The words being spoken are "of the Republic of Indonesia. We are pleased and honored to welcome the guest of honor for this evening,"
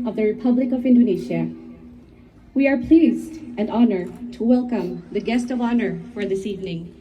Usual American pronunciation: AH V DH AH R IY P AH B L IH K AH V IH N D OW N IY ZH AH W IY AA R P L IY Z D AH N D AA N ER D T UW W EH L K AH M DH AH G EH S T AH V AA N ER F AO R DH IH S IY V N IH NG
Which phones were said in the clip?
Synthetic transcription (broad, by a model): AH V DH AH R IY P AH B L IH K AH V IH N D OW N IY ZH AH W IY AA R P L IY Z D AH N D AA N ER D T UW W EH L K AH M DH AH G EH S T AH V AA N ER F AO R DH IH S IY V N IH NG